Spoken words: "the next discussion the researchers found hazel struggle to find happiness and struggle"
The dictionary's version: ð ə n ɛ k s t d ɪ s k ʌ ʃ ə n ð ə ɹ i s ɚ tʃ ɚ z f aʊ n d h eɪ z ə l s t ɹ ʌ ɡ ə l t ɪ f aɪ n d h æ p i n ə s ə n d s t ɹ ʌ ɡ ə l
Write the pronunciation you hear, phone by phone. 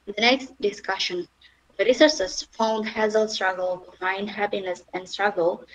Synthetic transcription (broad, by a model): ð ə n ɛ k s t d ɪ s k ʌ ʃ ə n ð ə ɹ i s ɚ s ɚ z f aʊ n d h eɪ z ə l s t ɹ ʌ ɡ ə l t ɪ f aɪ n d h æ p i n ə s ə n d s t ɹ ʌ ɡ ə l